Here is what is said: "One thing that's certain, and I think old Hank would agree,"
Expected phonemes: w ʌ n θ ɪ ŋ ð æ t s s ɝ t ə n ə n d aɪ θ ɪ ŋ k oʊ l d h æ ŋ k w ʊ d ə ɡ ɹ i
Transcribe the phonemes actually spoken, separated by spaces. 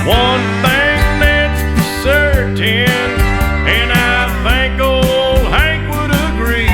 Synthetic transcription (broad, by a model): w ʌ n θ ɪ ŋ ð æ t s s ɝ t ə n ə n aɪ θ ɪ ŋ k oʊ l h æ ŋ k w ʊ d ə ɡ ɹ i